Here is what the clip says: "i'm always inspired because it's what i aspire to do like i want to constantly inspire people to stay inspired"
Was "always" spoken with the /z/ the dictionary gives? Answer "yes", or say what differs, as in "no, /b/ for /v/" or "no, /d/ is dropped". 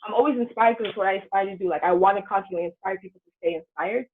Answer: yes